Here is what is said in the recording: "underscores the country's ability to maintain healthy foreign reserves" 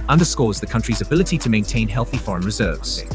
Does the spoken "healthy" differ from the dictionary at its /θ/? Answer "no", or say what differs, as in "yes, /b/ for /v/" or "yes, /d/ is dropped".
no